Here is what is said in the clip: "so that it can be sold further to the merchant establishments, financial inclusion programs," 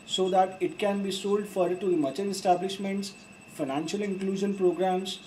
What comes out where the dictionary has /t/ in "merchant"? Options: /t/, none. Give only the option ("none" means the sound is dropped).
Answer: none